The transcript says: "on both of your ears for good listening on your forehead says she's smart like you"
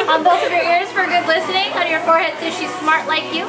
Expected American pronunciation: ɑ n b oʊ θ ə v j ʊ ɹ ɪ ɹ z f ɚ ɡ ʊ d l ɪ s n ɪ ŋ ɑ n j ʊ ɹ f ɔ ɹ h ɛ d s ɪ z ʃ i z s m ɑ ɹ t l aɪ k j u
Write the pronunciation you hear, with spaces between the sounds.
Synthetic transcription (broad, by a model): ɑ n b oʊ t ə v j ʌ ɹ ɪ ɹ z f ɚ ɡ ʊ d l ɪ s n ɪ ŋ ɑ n j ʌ ɹ f ɔ ɹ h ɛ d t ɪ ʃ i z s m ɑ ɹ t l aɪ k j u